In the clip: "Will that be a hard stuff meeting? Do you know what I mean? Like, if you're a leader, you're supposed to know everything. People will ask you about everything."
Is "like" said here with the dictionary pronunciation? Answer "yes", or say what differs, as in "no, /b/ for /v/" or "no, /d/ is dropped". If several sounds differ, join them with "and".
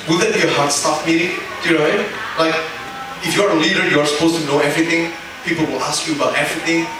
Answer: yes